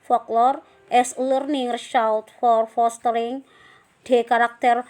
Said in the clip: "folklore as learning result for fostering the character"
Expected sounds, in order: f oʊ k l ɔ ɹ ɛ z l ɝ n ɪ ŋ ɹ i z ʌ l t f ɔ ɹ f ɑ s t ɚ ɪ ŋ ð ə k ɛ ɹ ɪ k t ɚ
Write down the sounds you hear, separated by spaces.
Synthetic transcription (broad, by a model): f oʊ k l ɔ ɹ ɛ s l ɝ n ɪ ŋ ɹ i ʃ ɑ w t f ɔ ɹ f ɑ s t ɚ ɪ ŋ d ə k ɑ ɹ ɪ k t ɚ